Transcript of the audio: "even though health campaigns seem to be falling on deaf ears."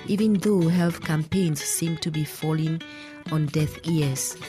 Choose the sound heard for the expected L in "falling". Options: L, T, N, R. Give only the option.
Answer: L